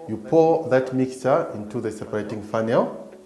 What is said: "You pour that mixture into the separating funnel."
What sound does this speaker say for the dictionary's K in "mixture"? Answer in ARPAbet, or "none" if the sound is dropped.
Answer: K